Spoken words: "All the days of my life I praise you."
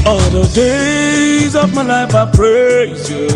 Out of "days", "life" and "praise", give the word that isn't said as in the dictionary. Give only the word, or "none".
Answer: none